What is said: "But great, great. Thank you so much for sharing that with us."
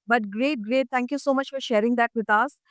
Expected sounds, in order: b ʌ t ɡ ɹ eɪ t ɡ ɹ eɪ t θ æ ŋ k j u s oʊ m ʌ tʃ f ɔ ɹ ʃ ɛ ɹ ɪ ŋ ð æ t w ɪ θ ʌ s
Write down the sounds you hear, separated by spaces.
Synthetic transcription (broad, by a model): b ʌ t ɡ ɹ eɪ t ɡ ɹ eɪ t t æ ŋ k j u s oʊ m ʌ tʃ f ɔ ɹ ʃ ɛ ɹ ɪ ŋ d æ t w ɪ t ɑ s